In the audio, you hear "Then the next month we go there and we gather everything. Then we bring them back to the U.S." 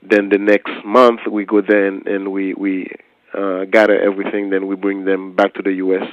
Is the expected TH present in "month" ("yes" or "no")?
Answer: yes